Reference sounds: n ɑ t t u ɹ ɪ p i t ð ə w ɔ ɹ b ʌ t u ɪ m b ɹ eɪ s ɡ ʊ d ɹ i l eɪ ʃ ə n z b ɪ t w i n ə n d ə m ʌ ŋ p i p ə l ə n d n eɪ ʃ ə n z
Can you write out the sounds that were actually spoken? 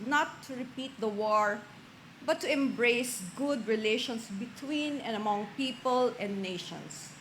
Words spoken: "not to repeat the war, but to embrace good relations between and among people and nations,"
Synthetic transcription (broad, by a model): n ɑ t t u ɹ ɪ p i t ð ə w ɔ ɹ b ʌ t u ɪ m b ɹ eɪ s ɡ ʊ d ɹ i l eɪ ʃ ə n s b ɪ t w i n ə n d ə m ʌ ŋ p i p ə l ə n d n eɪ ʃ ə n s